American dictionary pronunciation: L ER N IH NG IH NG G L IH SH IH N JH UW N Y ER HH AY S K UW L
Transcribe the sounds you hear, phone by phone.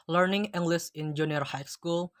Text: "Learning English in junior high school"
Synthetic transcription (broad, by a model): L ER N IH NG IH NG G L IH S IH N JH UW N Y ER HH AY S K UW L